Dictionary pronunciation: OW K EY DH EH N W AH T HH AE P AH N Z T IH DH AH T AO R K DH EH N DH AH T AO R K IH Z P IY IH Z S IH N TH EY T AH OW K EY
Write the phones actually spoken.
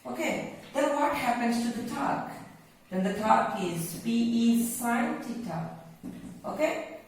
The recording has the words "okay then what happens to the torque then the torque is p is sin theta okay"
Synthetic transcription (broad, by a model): OW K EY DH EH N W AH T HH AE P AH N Z T IH DH AH T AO K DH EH N DH AH T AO K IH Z B IY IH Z S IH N T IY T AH OW K EY